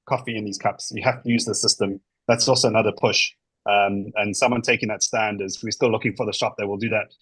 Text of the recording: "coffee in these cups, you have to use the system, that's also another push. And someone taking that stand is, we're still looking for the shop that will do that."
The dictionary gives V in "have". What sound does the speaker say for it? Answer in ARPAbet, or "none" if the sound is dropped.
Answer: F